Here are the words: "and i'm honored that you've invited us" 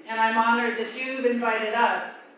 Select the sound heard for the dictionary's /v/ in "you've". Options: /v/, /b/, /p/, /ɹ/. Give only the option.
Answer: /b/